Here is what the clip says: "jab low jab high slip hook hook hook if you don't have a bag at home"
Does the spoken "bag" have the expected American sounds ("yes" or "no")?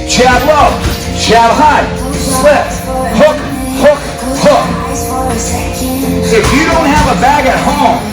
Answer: yes